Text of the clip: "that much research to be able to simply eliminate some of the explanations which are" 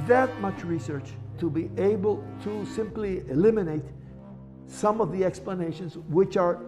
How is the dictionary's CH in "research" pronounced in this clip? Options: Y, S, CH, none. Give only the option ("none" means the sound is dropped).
CH